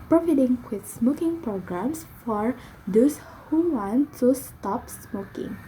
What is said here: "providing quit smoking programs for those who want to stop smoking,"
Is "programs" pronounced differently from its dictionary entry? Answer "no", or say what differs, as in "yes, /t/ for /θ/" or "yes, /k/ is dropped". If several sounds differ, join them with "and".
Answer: yes, /s/ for /z/